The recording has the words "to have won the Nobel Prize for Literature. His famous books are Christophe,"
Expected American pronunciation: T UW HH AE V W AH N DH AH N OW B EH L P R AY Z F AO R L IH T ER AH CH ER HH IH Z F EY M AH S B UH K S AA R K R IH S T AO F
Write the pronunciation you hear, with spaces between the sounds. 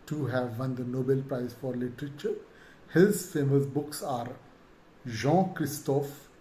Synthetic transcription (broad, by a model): T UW HH AE V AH N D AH N OW B EH L P R AY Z F AO R L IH T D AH CH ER HH IH Z F EY M AH S B UH K S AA R K R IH S T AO F